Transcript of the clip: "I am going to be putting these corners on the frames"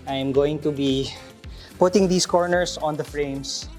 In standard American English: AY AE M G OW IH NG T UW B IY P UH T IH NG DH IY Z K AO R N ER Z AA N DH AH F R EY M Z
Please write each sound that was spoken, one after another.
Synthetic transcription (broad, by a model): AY M G OW IH NG T UW B IY P UH T IH NG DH IY S K AO R N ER S AA N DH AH F R EY M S